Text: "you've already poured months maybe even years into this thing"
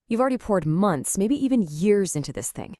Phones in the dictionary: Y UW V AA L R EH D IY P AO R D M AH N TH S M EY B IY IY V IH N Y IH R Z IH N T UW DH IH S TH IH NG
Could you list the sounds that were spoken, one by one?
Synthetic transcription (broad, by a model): Y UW V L R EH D IY P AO R D M AH N TH S M EY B IY IY V IH N Y IH R Z IH N T UW DH IH S TH IH NG